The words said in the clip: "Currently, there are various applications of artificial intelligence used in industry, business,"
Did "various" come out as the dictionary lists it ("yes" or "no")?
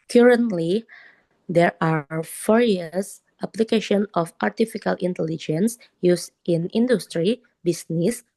no